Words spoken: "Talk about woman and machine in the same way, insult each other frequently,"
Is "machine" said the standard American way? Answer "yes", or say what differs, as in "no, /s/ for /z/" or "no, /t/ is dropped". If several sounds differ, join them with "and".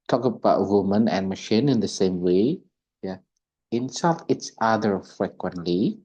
yes